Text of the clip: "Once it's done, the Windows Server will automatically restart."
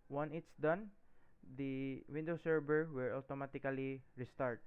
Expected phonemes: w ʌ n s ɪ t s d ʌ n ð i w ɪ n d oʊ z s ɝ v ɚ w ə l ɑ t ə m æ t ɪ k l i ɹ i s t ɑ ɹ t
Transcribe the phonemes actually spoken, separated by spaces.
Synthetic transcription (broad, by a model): w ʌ n ɪ t s d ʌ n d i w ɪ n d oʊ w s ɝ b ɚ w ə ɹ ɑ t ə m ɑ t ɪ k l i ɹ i s t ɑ ɹ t